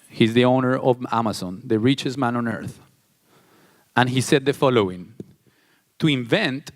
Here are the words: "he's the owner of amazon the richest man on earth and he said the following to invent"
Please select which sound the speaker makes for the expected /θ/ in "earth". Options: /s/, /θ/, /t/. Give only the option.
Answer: /θ/